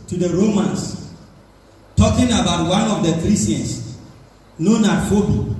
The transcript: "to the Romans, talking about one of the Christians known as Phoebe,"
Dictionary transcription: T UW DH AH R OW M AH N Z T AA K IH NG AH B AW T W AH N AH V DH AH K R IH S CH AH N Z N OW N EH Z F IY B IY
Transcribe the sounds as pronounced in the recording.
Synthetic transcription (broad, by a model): T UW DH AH R OW M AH N S T AA K IH NG AH B AW T W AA N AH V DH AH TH R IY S AH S N OW N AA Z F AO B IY